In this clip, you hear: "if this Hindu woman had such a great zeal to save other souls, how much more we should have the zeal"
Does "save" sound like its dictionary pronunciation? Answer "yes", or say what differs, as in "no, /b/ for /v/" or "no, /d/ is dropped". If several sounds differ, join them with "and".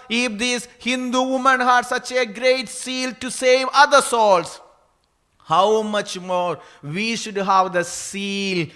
yes